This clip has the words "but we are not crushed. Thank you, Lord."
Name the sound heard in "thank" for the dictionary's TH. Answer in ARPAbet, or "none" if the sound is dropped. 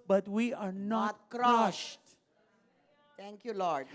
T